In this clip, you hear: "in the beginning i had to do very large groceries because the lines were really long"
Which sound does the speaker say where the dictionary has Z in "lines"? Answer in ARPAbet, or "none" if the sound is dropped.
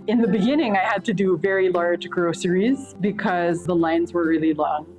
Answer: Z